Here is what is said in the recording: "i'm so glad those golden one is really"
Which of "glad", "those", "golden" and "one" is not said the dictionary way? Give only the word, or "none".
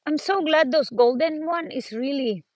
those